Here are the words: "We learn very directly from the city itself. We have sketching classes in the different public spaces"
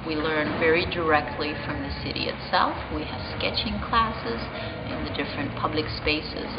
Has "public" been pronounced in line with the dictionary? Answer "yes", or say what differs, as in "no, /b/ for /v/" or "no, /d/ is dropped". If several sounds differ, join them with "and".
yes